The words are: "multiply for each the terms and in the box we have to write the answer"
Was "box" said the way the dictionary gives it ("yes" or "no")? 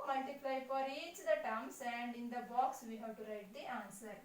yes